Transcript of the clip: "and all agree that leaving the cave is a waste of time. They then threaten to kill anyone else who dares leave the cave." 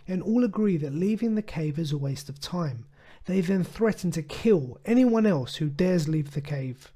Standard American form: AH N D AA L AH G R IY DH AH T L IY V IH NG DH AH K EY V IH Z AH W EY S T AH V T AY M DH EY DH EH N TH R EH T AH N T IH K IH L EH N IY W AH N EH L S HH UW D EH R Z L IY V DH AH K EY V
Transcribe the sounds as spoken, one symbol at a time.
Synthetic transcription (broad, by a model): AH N AA L AH G R IY DH AH T L IY V IH NG DH AH K EY V IH Z AH W EY S T AH V T AY M DH EY DH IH N TH R EH T N T IH K IH L EH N IY W AH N EH L S HH UW D EH R Z L IY V DH AH K EY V